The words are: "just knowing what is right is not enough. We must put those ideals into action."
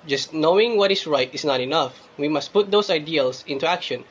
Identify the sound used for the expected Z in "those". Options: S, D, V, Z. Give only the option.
S